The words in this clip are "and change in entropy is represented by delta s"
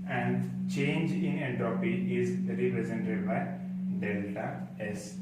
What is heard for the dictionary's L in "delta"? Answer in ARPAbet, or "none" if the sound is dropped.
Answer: L